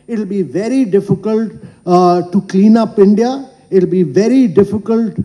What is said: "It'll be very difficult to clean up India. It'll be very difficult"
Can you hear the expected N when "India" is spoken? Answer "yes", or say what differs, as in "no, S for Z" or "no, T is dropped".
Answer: yes